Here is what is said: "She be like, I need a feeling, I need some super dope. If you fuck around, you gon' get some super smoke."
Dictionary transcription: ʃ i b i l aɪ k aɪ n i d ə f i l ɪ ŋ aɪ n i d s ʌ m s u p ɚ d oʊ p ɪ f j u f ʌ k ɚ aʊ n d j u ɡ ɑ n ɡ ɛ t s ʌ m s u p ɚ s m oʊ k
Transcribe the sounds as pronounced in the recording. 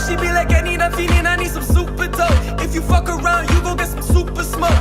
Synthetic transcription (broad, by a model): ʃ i b i l aɪ k aɪ n i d ə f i n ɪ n aɪ n i d s ʌ m s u p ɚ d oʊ ɪ f j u f ʌ k ɚ aʊ n d j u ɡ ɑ ɡ ɛ t s ʌ m s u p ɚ s m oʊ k